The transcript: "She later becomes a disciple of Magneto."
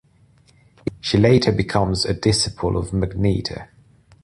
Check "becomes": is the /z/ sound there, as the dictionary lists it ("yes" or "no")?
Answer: yes